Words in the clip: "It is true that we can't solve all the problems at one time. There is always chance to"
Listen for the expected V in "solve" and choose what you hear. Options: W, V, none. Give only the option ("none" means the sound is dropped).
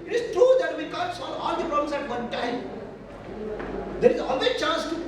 none